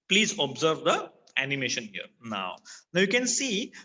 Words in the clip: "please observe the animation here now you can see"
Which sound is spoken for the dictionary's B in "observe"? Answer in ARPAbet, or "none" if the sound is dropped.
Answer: B